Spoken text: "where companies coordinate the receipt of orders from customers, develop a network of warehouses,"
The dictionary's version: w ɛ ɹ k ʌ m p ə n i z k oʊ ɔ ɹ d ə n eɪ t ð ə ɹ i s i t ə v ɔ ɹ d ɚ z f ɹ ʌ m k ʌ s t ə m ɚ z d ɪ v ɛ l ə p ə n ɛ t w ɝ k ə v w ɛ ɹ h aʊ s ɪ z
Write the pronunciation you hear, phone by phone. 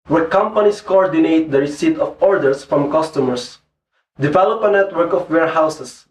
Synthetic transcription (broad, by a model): w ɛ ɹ k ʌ m p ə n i s k oʊ ɔ ɹ d ə n eɪ t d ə ɹ i s i t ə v ɔ ɹ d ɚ s f ɹ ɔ m k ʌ s t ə m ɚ s d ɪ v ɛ l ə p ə n ɛ t w ɝ k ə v w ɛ ɹ h aʊ s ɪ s